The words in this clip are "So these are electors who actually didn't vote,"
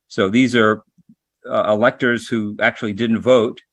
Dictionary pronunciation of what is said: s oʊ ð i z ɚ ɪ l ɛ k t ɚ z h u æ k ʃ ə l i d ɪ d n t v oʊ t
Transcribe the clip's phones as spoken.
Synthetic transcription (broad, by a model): s oʊ ð i z ɚ ɪ l ɛ k t ɚ z h u æ k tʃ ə l i d ɪ d n t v oʊ t